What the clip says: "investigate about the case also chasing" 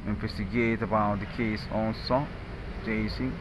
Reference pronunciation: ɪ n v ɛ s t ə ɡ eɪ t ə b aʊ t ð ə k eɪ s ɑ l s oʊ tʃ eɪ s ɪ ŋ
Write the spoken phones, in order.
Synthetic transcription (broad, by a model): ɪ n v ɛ s t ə ɡ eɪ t ə b aʊ t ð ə k eɪ s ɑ n s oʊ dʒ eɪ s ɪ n